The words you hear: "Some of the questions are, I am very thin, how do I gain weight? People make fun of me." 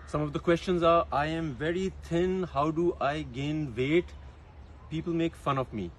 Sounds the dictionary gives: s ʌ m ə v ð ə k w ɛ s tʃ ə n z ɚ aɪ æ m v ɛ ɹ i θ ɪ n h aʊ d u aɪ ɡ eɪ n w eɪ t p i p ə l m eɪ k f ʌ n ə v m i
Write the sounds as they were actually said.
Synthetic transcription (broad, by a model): s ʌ m ə v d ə k w ɛ s tʃ ə n z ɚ aɪ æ m v ɛ ɹ i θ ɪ n h aʊ d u aɪ ɡ eɪ n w eɪ t p i p ə l m eɪ k f ʌ n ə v m i